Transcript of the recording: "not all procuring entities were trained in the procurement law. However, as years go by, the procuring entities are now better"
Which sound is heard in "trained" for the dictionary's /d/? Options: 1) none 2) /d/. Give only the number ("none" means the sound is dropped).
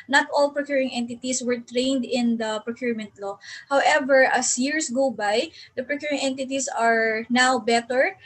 2